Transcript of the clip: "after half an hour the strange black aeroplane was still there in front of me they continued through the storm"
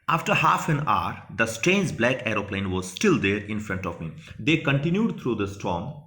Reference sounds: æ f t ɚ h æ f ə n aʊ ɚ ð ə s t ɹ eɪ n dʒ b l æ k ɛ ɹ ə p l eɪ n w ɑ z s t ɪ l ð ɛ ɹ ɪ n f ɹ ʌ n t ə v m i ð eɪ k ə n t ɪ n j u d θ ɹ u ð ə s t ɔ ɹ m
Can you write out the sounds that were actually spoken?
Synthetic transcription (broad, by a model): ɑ f t ɚ h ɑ f ə n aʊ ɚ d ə s t ɹ eɪ n dʒ b l æ k ɛ ɹ ə p l eɪ n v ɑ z s t ɪ l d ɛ ɹ ɪ n f ɹ ʌ n t ə v m i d eɪ k ə n t ɪ n j u d t ɹ u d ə s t ɔ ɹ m